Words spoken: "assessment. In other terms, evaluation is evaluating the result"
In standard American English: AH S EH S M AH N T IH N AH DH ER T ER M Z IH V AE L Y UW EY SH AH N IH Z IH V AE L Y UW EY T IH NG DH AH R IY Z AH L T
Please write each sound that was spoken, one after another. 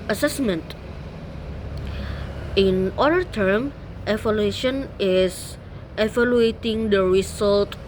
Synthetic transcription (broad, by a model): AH S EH S M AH N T IH N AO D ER T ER M IH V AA L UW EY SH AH N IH S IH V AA L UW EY T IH NG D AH R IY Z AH L T